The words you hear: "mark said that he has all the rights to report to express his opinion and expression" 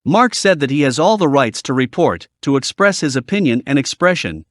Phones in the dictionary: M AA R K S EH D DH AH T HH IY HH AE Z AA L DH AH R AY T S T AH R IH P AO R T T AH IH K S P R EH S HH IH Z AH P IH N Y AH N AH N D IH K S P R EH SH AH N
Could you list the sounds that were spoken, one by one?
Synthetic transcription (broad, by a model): M AA R K S EH D DH AH T HH IY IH Z AA L DH AH R AY T S T AH R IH P AO R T T AH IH K S P R EH S HH IH Z AH P IH N Y AH N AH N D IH K S P R EH SH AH N